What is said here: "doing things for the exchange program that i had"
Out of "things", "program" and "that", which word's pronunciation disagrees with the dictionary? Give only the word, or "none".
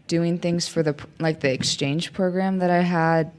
none